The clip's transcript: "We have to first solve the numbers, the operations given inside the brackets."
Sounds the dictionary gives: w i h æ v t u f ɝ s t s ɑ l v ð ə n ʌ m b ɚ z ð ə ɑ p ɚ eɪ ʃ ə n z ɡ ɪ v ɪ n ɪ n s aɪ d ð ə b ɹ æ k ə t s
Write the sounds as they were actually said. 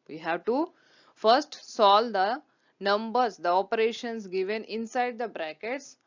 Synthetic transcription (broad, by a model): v i h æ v t u f ɝ s t s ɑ l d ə n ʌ m b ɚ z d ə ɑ p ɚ eɪ ʃ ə n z ɡ ɪ v ɪ n ɪ n s aɪ d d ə b ɹ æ k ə t s